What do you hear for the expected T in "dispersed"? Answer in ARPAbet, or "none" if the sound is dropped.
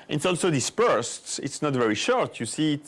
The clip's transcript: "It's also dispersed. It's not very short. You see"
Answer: T